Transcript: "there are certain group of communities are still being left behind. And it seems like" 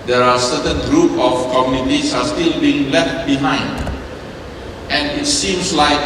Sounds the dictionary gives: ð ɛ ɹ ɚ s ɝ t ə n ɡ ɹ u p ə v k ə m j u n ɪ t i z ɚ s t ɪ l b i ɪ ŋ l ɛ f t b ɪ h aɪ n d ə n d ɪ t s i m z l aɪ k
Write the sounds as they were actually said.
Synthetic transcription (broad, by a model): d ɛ ɹ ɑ s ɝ t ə n ɡ ɹ u p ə f k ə m j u n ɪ t i s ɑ s t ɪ l b i ɪ ŋ l ɛ f t b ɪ h aɪ n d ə n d ɪ t s i m s l aɪ k